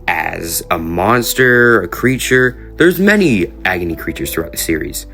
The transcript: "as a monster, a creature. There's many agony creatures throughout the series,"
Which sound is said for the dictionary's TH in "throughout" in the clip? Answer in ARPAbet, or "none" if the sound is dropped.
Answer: TH